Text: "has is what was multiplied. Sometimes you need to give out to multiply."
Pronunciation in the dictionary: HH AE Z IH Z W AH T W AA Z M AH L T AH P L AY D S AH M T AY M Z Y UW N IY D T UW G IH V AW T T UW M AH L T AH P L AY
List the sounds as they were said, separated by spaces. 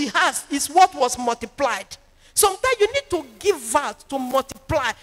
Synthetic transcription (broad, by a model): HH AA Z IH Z W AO T W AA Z M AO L T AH P L AY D S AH M T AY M Y UW N IY D T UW G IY V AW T T UW M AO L T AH P L AY